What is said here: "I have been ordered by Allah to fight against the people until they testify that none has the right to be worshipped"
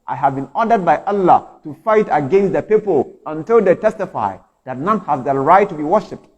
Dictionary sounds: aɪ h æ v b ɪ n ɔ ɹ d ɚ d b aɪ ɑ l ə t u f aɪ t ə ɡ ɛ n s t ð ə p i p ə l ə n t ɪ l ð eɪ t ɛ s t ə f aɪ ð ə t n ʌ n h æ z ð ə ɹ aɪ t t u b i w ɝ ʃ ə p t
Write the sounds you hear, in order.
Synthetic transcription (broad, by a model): aɪ h æ v b ɪ n ɔ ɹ d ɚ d b aɪ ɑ l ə t u f aɪ t ə ɡ ɛ n s t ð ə p i p ə l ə n t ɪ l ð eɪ t ɛ s t ə f aɪ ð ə t n ʌ n h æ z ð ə ɹ aɪ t t u b i w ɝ ʃ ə p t